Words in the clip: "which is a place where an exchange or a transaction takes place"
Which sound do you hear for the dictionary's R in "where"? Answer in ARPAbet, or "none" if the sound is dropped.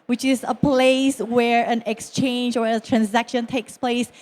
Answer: R